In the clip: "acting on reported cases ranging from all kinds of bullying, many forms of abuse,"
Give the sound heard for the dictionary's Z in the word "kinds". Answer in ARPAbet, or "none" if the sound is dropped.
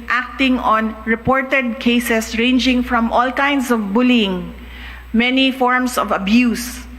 S